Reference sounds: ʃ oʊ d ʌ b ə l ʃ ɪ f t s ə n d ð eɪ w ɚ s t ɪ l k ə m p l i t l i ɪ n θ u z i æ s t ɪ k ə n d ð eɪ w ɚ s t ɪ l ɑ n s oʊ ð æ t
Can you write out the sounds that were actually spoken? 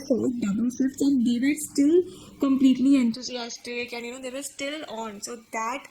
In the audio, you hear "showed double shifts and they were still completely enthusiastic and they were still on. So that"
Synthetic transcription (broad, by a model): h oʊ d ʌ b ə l s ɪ t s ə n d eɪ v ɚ s t ɪ l k ə m p l i t l i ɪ n t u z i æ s t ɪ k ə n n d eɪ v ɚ s t ɪ l ɑ n s oʊ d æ t